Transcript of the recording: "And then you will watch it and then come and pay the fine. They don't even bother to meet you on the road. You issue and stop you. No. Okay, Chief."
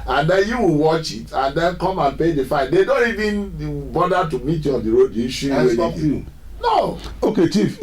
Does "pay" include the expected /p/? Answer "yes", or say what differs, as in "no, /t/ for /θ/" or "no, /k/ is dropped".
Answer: yes